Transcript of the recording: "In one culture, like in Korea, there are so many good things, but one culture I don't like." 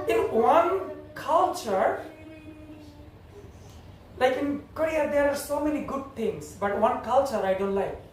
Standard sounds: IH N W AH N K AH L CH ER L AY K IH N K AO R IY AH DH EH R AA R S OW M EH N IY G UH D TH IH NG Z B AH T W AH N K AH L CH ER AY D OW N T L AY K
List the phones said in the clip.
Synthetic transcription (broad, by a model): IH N W AH N K AH L CH ER L AY K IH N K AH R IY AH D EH R AA R S OW M EH N IY G UH D T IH NG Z B AH T W AH N K AH L CH ER AY D OW N T L AY K